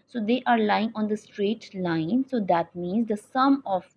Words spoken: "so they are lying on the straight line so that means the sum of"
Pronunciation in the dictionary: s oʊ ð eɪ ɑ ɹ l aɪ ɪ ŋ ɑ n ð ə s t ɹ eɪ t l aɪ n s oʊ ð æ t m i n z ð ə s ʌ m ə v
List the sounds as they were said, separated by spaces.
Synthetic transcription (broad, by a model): s oʊ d eɪ ɑ ɹ l aɪ ɪ ŋ ɑ n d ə s t ɹ eɪ t l aɪ n s oʊ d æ t m i n z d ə s ʌ m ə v